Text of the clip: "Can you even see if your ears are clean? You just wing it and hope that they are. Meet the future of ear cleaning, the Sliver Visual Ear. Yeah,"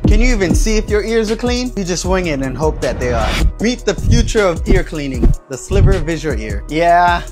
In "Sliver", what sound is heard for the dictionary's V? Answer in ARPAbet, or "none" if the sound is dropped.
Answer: P